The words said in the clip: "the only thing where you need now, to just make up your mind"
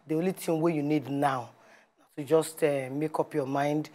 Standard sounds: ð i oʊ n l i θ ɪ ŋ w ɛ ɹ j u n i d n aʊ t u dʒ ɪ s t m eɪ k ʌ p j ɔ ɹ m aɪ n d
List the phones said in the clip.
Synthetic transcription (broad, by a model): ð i oʊ n l i t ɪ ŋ w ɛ j u n i d n aʊ t u dʒ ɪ s t m eɪ k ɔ p j ɔ m aɪ n d